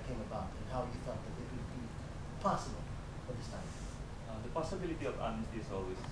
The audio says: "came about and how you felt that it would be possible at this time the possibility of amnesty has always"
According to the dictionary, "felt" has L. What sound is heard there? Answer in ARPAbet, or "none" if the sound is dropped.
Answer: none